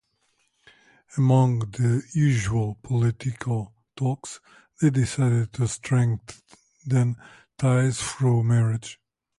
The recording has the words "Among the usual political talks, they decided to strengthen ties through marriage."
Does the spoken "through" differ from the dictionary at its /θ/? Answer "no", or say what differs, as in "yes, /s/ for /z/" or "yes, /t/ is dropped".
yes, /f/ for /θ/